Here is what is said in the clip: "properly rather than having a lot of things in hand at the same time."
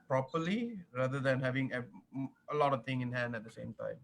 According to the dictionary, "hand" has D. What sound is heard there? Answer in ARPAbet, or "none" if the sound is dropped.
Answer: D